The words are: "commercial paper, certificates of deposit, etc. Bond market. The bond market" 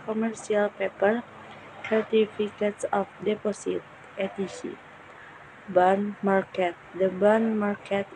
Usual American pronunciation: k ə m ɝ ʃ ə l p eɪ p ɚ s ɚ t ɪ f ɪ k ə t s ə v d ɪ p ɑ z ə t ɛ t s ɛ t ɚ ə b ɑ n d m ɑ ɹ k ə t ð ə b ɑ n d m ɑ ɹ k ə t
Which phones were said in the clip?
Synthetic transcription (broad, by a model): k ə m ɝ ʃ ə l p eɪ p ɚ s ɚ t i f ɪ k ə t s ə f d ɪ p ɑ s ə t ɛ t i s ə b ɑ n m ɑ ɹ k ə t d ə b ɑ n m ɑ ɹ k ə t